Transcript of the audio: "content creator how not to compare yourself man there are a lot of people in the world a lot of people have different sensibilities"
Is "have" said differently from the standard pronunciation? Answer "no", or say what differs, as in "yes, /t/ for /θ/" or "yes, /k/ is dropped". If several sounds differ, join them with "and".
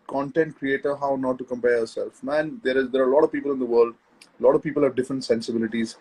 no